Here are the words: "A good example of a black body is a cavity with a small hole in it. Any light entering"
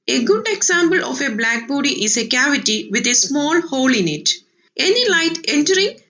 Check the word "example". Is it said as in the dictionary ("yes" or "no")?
no